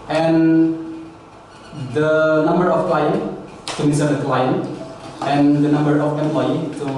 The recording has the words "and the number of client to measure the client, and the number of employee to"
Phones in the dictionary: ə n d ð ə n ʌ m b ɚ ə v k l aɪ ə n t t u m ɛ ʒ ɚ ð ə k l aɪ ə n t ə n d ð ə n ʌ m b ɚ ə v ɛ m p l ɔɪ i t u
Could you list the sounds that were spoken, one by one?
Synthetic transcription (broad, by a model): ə n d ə n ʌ m b ɚ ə f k l aɪ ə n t t u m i s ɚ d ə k l aɪ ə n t ə n d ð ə n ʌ m b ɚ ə f ɛ m p l ɔɪ i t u